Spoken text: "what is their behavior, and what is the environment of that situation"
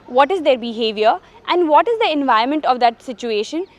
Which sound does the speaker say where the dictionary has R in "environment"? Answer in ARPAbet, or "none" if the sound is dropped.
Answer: none